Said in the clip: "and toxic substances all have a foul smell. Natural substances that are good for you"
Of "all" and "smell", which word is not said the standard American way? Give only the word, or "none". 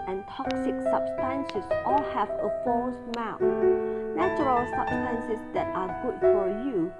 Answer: smell